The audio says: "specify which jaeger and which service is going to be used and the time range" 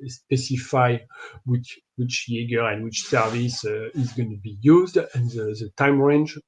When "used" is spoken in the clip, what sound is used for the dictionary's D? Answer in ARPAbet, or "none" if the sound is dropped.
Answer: D